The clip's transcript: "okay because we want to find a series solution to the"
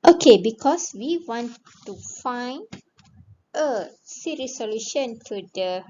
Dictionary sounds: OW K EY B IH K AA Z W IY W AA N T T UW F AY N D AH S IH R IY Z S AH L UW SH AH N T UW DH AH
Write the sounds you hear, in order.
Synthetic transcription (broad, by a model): OW K EY B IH K AA S W IY W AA N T T UW F AY N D AH S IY R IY S AH L UW SH AH N T UW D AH